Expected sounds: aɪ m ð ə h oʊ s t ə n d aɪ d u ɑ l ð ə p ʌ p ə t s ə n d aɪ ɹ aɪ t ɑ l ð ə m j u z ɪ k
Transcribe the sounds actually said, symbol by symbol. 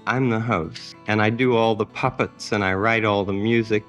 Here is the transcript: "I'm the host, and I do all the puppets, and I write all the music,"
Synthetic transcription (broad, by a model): aɪ m ð ə h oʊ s ə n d aɪ d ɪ ɑ l ð ə p ʌ p ə t s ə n aɪ ɹ aɪ t ɑ l ð ə m j u z ɪ k